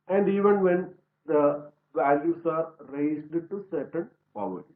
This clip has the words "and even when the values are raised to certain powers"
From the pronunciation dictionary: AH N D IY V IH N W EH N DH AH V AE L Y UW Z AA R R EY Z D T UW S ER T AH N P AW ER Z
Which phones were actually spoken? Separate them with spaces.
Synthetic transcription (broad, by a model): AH N D IY V IH N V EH N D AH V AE L Y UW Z AA R R EY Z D T UW S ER T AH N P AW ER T